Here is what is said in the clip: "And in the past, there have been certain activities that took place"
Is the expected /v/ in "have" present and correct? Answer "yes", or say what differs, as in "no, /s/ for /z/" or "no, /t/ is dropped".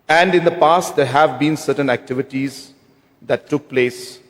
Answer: yes